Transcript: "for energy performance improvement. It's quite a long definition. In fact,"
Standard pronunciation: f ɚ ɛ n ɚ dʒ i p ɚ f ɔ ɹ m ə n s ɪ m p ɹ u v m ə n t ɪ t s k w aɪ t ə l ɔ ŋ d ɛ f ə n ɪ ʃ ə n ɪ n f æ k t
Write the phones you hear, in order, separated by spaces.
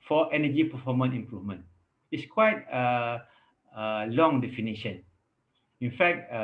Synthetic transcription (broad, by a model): f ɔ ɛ n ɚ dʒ i p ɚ f ɔ m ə n ɪ m p ɹ u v m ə n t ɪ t s k w aɪ t ə l ɔ ŋ d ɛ f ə n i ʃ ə n ɪ n f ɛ k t